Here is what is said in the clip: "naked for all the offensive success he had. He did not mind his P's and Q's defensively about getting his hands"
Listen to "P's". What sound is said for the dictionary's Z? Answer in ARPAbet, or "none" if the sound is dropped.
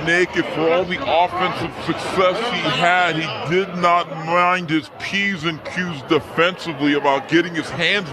Z